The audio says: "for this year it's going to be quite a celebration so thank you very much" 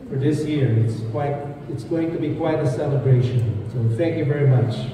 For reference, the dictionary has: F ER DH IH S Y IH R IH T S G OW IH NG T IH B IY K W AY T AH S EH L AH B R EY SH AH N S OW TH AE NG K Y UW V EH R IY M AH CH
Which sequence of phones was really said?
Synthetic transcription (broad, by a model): F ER DH IH S Y IH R IH T S G OW IH NG T IH B IY K W AY T AH S EH L AH B R EY SH AH N S OW TH AE NG K Y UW V EH R IY M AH CH